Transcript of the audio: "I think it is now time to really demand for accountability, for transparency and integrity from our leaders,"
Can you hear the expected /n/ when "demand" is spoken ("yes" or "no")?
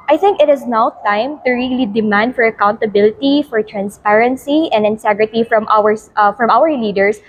yes